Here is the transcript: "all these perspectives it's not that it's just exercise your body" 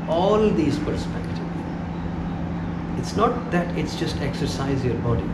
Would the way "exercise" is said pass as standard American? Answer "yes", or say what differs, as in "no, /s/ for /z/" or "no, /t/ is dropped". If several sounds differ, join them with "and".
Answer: yes